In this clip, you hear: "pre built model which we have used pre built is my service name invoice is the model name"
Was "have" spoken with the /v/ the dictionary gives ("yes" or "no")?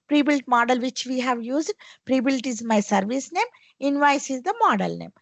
yes